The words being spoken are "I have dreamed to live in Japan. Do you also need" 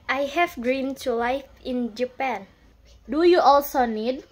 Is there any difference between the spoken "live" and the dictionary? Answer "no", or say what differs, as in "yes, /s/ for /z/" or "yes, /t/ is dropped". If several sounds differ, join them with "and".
yes, /f/ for /v/